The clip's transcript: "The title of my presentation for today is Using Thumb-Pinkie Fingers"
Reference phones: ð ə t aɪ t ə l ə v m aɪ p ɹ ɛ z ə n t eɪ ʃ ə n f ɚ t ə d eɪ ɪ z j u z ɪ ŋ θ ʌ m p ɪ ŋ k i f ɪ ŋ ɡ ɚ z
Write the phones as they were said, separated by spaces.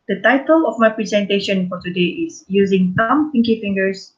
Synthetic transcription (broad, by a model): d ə t aɪ t ə l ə f m aɪ p ɹ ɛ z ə n t eɪ ʃ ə n f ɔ t ə d eɪ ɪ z j u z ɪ ŋ s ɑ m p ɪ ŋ k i f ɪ ŋ ɡ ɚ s